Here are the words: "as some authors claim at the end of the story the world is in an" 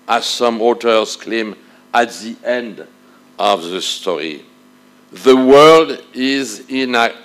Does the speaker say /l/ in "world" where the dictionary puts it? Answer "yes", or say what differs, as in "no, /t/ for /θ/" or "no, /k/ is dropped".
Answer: yes